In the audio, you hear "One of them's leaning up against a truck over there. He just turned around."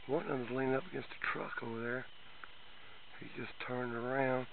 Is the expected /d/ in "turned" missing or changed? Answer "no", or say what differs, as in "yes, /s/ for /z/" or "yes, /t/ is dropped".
no